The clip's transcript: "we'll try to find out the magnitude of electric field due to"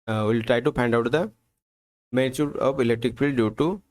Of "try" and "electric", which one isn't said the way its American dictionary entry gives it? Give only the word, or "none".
none